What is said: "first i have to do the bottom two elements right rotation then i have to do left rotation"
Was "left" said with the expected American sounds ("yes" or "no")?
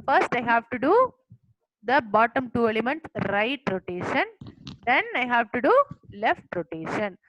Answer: yes